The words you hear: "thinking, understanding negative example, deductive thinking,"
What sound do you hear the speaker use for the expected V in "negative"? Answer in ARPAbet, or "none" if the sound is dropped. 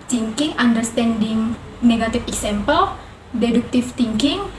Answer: F